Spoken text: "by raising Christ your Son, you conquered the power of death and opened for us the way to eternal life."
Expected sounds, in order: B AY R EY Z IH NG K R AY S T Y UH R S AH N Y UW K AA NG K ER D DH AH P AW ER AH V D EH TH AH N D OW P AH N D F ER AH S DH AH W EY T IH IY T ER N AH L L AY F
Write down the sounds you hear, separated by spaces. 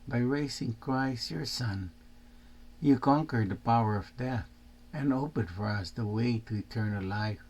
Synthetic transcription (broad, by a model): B AY R EY S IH NG K R AY S T Y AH R S AH N Y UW K AA NG K ER D DH AH P AW ER AH V D EH TH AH N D OW P AH N D F ER AH S DH AH W EY T IH IY T ER N AH L L AY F